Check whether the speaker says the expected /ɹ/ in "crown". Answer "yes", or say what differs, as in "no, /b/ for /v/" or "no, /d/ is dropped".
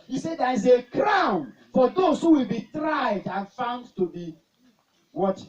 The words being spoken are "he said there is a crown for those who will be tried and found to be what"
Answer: yes